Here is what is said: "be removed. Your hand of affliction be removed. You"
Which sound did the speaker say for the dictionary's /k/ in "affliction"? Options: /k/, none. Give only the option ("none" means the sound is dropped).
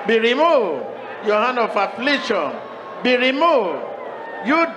none